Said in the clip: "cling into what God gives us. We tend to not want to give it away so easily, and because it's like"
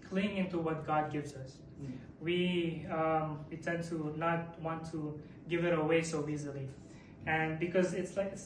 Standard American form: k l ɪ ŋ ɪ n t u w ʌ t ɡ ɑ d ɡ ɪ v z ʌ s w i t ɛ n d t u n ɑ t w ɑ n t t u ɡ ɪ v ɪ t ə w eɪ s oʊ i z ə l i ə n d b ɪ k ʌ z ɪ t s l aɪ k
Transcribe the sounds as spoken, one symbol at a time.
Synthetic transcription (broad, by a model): k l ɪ ŋ ɪ n t u w ʌ t ɡ ɑ d ɡ ɪ v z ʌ s w i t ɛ n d t u n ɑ t w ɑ n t t u ɡ ɪ v ɪ t ə w eɪ s oʊ i z ə l i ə n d b ɪ k ʌ z ɪ t s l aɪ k